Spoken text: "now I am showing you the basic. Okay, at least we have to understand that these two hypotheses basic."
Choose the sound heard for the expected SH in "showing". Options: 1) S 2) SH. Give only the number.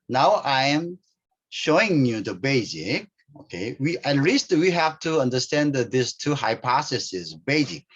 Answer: 2